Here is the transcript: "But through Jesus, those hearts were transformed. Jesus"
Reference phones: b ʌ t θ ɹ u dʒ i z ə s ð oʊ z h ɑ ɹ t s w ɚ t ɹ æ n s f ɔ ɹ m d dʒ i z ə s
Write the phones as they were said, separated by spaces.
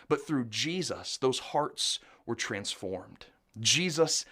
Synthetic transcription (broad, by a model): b ʌ t θ ɹ u dʒ i z ə s ð oʊ z h ɑ ɹ t s w ɚ t ɹ æ n s f ɔ ɹ m d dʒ i z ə s